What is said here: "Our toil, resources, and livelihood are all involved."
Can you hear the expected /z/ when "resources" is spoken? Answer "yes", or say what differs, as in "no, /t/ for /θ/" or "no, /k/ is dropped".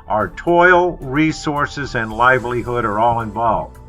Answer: yes